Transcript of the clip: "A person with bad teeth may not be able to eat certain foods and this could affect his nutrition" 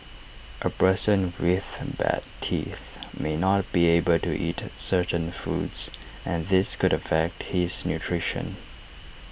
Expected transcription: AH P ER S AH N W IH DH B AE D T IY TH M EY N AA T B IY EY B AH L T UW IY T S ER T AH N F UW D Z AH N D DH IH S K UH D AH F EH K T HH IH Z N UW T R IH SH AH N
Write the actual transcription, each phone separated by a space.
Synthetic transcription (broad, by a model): AH P ER S AH N W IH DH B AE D T IY TH M EY N AA T B IY EY B AH L T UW IY T S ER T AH N F UW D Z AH N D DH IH S K UH D AH F EH K T HH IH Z N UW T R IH SH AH N